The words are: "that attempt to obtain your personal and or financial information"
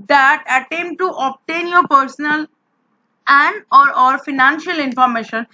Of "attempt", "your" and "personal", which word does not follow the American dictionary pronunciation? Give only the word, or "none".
attempt